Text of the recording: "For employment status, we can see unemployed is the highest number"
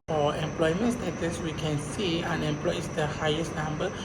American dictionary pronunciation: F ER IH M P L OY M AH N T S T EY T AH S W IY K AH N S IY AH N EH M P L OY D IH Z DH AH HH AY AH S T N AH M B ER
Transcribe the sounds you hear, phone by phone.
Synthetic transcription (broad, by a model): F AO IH M P L OY M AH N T S T EY T AH S W IY K AH N S IY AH N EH M P L OY IH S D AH HH AY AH S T N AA M B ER